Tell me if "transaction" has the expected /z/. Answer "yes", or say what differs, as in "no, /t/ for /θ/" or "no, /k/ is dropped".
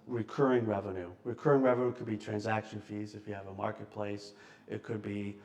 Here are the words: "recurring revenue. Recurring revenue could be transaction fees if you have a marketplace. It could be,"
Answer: yes